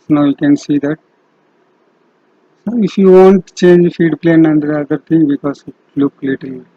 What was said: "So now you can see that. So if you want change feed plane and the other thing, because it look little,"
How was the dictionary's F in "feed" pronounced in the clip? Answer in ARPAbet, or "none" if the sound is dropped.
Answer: F